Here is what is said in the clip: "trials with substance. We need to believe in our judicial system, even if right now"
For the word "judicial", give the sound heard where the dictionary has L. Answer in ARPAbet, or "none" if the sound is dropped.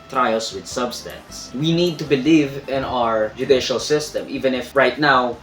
L